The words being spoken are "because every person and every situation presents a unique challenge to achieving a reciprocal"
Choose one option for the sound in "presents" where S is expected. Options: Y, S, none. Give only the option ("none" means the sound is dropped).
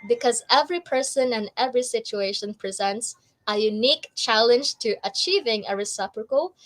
S